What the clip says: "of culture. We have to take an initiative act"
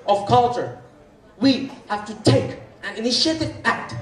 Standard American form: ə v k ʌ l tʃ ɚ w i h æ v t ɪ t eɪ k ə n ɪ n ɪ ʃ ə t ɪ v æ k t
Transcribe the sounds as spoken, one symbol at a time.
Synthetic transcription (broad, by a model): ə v k ʌ l tʃ ɚ w i h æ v t ɪ t eɪ k ə n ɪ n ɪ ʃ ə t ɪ b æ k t